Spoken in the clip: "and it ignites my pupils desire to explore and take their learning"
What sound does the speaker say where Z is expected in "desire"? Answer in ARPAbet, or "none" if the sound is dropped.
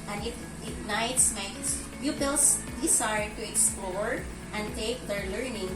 S